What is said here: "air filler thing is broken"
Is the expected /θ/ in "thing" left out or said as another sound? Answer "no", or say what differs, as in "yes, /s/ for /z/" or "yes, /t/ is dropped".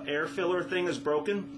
no